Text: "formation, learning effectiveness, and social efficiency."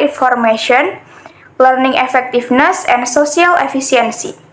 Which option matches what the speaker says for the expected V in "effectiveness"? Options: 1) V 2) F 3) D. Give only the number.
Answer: 2